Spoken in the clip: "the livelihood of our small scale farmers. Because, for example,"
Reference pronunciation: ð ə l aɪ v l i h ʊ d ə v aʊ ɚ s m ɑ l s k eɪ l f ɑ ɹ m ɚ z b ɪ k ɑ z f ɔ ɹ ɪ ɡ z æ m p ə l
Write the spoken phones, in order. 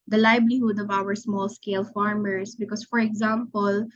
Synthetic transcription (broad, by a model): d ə l aɪ b l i h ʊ d ə v aʊ ɚ s m ɑ l s k eɪ l f ɑ ɹ m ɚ s b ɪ k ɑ s f ɔ ɹ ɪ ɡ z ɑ m p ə l